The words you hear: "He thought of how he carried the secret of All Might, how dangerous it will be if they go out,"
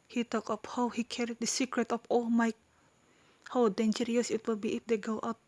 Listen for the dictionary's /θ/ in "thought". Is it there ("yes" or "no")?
no